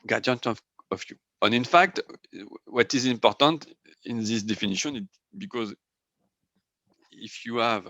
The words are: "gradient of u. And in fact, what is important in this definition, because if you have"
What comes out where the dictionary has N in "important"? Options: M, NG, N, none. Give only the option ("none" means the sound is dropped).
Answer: N